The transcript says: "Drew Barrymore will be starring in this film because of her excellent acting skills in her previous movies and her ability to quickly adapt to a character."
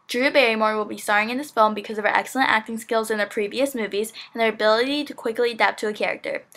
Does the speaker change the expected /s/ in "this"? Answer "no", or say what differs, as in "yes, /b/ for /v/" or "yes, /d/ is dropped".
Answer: no